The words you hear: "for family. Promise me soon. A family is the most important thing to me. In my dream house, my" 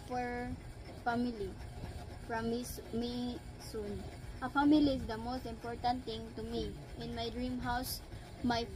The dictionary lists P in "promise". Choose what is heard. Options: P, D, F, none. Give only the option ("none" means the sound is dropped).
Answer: F